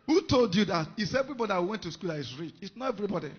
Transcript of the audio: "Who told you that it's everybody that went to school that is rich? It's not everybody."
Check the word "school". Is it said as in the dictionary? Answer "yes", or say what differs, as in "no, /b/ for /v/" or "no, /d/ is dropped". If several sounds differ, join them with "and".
yes